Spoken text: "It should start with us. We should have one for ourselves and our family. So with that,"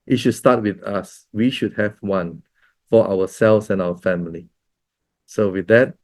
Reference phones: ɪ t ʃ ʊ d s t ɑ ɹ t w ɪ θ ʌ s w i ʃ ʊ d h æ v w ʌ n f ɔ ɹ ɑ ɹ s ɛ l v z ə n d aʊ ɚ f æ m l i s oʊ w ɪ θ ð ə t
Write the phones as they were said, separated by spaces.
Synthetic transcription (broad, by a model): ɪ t ʃ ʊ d s t ɑ t w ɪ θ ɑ s w i ʃ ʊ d h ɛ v w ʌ n f ɔ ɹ ɑ w s ɛ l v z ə n aʊ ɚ f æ m l i s oʊ w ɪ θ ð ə t